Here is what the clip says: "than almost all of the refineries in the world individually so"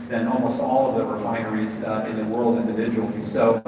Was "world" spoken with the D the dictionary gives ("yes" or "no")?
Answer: yes